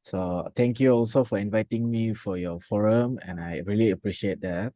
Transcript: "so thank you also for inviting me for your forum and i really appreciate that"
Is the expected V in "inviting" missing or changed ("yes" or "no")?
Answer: no